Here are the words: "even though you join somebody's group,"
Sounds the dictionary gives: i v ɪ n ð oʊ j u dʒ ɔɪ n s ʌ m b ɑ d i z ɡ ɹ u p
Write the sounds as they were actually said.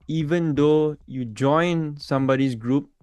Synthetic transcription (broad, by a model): i v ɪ n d oʊ j u dʒ ɔɪ n s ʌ m b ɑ d i s ɡ ɹ u p